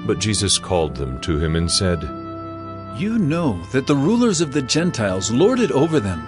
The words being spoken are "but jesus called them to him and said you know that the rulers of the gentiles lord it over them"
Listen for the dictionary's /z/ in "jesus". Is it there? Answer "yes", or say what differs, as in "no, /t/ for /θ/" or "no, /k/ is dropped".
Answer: yes